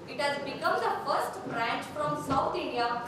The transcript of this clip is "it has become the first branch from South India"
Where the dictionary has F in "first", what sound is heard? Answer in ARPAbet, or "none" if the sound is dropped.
F